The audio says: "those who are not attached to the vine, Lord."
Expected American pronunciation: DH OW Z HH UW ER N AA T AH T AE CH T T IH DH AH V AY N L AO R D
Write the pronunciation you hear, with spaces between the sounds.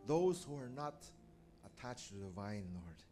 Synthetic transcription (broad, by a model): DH OW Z HH UW ER N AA T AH T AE CH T T IH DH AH V AY N L AO R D